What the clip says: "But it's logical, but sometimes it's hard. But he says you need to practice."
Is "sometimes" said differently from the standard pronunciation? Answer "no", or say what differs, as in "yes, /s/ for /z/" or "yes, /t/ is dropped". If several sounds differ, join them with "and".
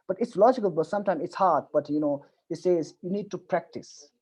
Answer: yes, /z/ is dropped